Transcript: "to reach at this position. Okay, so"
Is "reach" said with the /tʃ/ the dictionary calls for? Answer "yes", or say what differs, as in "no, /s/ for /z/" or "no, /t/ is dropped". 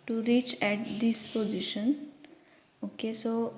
yes